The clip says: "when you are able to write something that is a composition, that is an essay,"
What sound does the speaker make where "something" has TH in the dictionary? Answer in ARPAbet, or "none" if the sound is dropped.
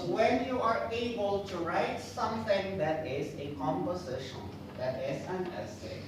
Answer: T